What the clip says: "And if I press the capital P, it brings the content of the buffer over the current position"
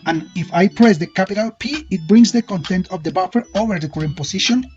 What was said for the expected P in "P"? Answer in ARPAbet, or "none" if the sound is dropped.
P